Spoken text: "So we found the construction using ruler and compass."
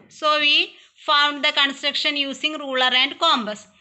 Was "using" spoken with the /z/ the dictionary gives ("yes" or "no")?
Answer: no